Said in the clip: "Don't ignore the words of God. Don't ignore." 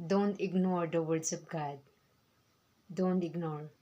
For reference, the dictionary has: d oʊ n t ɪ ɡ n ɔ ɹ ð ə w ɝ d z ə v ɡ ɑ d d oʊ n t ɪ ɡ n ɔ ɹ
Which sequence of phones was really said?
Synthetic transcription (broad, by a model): d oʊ n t ɪ ɡ n ɔ ɹ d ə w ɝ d s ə p ɡ ɑ d d oʊ n t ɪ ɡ n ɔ ɹ